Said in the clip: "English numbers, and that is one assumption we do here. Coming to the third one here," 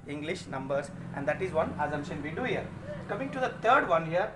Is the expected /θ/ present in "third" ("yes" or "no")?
no